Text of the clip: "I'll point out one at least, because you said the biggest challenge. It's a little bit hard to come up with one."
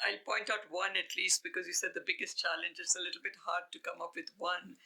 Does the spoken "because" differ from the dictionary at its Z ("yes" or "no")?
no